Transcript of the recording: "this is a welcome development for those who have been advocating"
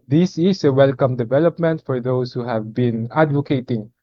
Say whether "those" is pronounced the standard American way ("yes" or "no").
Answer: no